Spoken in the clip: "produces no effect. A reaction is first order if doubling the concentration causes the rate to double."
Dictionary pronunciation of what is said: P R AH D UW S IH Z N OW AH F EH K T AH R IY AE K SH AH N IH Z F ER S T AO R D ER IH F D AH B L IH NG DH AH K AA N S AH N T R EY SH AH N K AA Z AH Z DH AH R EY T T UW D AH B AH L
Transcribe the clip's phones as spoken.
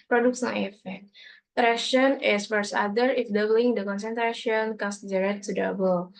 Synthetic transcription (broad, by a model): P R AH D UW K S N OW AH F EH K T R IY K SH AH N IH S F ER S AA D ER IH F D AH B L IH NG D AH K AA N S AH N T R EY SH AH N K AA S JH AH R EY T T UW D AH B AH L